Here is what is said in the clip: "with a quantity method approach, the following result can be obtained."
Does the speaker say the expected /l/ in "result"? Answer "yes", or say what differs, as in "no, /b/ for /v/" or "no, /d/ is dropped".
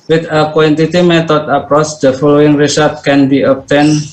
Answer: no, /l/ is dropped